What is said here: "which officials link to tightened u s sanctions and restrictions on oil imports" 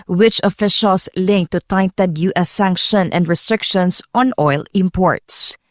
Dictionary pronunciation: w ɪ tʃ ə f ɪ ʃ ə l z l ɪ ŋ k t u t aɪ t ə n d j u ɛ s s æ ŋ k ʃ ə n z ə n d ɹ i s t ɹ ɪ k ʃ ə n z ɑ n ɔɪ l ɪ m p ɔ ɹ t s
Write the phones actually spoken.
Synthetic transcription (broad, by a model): w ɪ tʃ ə f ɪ ʃ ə l s l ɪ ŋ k t u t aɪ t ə d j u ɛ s s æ ŋ k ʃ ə n ə n d ɹ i s t ɹ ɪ k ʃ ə n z ɑ n ɔɪ l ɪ m p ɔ ɹ t s